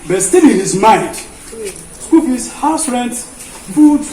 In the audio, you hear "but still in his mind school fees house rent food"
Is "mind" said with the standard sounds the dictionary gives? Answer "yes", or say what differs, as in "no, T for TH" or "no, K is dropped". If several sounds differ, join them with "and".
no, N is dropped